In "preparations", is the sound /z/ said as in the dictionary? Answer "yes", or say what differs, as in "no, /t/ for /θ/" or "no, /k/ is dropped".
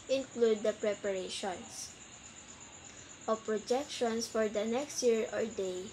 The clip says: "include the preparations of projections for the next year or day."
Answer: no, /s/ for /z/